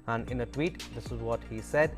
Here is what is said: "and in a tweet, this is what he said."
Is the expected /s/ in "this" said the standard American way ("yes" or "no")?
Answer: yes